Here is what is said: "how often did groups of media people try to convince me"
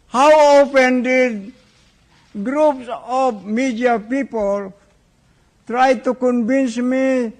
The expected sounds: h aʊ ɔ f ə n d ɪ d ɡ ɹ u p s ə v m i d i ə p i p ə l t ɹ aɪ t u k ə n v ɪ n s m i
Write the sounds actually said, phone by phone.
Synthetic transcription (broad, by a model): h aʊ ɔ p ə n d ɪ d ɡ ɹ u p s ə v m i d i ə p i p ə l t ɹ aɪ t u k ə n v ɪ n s m i